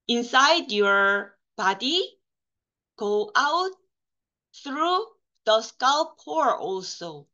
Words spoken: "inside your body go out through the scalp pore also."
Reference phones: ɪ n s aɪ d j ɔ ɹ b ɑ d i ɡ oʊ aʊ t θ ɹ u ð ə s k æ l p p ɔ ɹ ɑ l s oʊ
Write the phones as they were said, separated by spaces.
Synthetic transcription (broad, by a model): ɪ n s aɪ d j ɔ ɹ b ɑ d i ɡ oʊ aʊ t θ ɹ u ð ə s k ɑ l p p ɔ ɹ ɑ l s oʊ